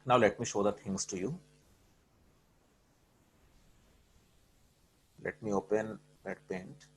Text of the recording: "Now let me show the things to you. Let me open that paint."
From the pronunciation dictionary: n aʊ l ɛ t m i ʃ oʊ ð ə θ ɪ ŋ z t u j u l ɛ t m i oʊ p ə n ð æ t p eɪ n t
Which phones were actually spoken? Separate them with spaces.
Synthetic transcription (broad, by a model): n aʊ l ɛ t m i ʃ oʊ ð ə t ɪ ŋ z t u j u l ɛ t m i oʊ p ə n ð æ t p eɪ n t